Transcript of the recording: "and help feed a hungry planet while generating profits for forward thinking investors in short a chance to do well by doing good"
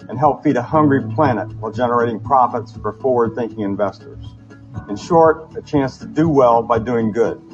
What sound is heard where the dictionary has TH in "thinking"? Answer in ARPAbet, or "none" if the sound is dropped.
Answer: TH